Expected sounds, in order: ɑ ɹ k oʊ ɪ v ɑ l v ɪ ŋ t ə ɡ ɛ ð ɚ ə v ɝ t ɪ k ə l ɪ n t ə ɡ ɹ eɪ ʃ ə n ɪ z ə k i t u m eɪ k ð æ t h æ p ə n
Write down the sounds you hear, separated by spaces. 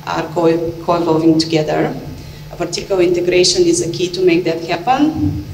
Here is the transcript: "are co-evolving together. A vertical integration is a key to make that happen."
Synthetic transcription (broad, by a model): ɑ ɹ k oʊ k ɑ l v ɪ ŋ t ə ɡ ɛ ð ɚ ə p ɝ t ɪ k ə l ɪ n t ə ɡ ɹ eɪ ʃ ə n ɪ z ə k i t u m eɪ k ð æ t h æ p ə n